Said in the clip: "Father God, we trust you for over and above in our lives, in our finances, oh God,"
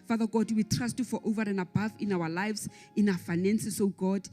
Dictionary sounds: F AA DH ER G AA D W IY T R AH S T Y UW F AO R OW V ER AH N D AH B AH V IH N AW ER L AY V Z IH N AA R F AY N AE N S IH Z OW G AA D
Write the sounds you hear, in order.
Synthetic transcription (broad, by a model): F AA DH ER G AA D W IY T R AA S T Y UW F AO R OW V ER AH N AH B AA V IH N AW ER L AY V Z IH N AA F AY N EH N S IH S OW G AA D